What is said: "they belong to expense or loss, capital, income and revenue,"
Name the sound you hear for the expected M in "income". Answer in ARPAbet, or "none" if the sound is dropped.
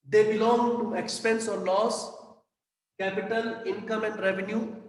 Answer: M